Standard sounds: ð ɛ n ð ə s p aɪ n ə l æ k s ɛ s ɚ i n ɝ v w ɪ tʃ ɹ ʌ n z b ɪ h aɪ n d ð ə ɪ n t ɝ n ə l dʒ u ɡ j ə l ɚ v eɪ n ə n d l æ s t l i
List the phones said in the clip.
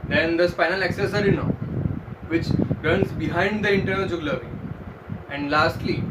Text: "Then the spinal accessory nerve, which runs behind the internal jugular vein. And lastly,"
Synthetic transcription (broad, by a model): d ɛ n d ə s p aɪ n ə l æ k s ɛ s ɚ i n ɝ v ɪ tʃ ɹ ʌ n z b ɪ h aɪ n d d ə ɪ n t ɝ n ə l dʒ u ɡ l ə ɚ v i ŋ ə n d l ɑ s t l i